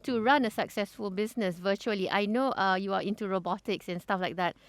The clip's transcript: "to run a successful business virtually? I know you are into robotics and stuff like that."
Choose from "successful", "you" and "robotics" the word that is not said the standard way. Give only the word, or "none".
none